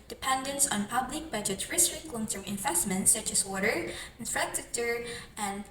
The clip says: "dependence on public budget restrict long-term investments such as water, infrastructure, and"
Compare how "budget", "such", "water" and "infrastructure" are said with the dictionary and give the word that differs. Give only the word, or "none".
infrastructure